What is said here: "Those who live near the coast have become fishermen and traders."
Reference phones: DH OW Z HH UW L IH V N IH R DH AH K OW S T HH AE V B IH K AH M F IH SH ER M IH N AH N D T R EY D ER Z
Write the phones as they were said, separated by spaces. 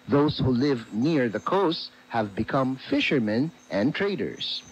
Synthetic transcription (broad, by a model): DH OW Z HH UW L IH V N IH R DH AH K OW S T HH AE V B IH K AH M F IH SH ER M IH N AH N T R EY D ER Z